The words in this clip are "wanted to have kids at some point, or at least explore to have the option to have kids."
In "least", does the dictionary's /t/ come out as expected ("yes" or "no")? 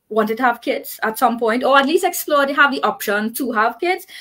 yes